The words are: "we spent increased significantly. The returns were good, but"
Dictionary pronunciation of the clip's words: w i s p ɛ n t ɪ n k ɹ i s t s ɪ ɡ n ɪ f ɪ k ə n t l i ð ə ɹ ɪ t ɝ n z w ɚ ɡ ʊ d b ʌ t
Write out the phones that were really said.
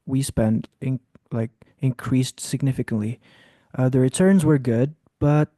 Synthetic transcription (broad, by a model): w i s p ɛ n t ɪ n k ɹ i s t s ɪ ɡ n ɪ f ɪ k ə n t l i ð ə ɹ ɪ t ɝ n z w ɚ ɡ ʊ d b ʌ t